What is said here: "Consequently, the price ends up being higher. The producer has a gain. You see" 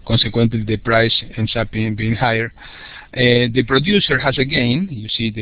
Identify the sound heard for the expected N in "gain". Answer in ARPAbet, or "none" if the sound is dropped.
N